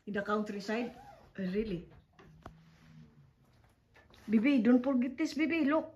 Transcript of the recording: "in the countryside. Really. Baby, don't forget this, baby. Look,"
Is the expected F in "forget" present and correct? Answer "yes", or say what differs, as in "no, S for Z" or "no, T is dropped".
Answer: no, P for F